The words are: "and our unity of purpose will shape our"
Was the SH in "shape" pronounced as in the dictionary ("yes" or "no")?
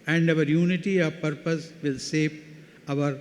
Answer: no